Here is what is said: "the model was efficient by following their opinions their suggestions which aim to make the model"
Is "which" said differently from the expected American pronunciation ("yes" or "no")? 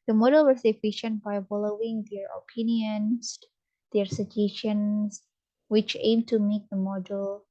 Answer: no